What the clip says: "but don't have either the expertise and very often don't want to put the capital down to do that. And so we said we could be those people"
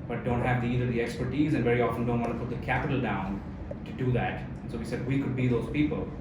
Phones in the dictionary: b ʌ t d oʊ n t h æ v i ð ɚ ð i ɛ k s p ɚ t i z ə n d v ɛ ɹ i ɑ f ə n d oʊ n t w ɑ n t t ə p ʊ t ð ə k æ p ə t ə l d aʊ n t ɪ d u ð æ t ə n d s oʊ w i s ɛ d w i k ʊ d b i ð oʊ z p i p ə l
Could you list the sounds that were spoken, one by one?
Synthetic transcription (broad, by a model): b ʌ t d oʊ n t h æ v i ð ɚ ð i ɛ k s p ɚ t i z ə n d v ɛ ɹ i ɑ f ə n d oʊ n t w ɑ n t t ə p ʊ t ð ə k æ p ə t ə l d aʊ n t ɪ d u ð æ t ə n s oʊ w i s ɛ d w i k ʊ d b i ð oʊ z p i p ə l